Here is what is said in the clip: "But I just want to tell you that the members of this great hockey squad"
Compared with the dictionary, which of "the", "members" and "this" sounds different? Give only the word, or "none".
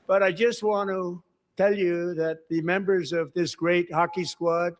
none